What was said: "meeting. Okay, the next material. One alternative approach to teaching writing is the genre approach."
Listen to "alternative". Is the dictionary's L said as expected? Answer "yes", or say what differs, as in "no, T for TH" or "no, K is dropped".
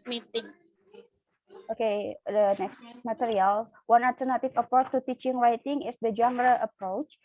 no, L is dropped